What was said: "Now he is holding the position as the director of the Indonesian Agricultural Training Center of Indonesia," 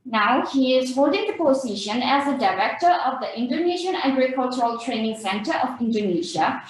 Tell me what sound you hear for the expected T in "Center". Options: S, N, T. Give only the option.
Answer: T